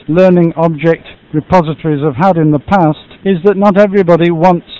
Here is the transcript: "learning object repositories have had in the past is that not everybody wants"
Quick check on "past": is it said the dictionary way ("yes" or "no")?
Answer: yes